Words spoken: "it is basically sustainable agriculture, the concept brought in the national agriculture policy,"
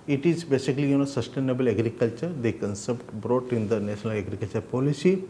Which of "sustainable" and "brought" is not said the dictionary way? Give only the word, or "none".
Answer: none